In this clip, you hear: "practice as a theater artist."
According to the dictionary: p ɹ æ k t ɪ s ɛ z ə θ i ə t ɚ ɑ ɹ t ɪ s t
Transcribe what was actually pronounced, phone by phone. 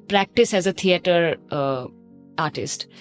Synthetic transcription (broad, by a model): p ɹ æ k t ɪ s ɛ z ə t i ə t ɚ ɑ ɹ t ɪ s t